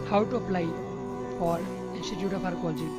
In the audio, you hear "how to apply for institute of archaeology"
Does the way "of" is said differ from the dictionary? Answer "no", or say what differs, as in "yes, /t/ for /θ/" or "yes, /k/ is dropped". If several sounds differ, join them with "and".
yes, /p/ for /v/